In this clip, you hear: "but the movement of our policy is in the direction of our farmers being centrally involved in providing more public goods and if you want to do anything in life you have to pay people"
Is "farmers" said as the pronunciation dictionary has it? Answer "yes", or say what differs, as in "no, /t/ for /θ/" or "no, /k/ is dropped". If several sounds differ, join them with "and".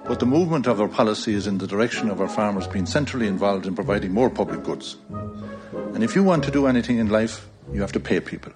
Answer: yes